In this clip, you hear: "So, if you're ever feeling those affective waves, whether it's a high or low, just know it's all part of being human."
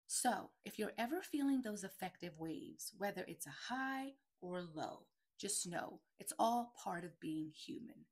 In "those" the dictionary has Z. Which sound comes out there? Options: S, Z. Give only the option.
Z